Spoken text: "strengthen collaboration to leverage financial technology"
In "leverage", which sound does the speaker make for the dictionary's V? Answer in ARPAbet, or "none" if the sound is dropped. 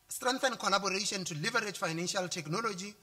V